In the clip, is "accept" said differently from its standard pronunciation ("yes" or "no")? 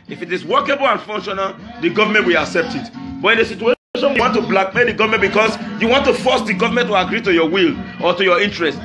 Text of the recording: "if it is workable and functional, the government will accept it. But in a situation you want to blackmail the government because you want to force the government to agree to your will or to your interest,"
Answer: no